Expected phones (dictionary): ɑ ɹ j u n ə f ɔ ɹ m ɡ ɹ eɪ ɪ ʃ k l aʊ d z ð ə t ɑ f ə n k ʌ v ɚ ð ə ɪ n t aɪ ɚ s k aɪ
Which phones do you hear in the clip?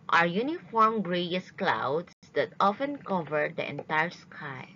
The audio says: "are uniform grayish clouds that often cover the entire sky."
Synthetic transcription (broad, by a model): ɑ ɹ j u n ə f ɔ ɹ m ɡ ɹ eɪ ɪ s k l aʊ d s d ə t ɑ f ə n k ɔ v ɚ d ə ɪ n t aɪ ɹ s k aɪ